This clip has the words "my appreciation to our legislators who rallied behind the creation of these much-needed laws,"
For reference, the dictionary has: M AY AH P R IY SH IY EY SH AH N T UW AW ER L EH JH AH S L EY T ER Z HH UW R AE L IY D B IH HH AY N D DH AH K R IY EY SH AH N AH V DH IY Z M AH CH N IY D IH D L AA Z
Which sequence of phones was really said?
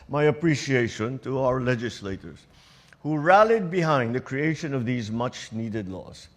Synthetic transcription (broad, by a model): M AY AH P R IY SH IY EY SH AH N T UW AW ER L EH JH AH S L EY T ER Z HH UW R AE L IY D B IH HH AY N D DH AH K R IY EY SH AH N AH V DH IY Z M AH CH N IY D IH D L AA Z